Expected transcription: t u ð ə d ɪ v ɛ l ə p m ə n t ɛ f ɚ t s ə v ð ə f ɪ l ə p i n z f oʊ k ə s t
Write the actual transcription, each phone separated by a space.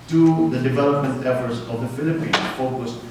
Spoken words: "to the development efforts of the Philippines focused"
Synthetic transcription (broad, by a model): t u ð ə d ɪ v ɛ l ə p m ə n t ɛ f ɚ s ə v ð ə f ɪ l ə p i n f oʊ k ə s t